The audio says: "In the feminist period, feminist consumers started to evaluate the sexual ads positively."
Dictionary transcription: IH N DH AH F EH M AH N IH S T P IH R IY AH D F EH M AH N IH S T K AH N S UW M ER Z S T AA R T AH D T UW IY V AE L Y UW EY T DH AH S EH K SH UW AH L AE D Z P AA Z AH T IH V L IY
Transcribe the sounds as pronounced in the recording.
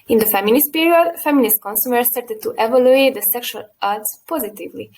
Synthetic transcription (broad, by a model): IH N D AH F EH M AH N IH S T P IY R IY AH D F EH M AH N IH S T K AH N S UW M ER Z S T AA R T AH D T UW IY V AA L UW EY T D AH S EH K SH UW AH L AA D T P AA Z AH T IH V L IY